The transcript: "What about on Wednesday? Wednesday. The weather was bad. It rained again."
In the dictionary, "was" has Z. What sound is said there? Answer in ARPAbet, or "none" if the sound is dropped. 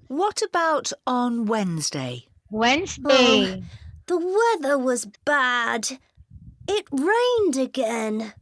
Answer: Z